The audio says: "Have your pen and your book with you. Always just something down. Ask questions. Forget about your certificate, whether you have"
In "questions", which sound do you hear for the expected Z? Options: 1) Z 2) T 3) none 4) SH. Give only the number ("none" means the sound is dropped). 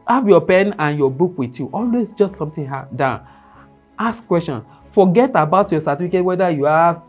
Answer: 3